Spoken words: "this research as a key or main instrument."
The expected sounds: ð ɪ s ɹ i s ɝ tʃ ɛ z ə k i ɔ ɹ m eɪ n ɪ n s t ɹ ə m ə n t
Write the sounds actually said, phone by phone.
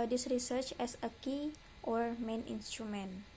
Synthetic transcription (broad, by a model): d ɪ s ɹ i s ɝ tʃ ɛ s ə k i ɔ ɹ m eɪ n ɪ n s t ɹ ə m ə n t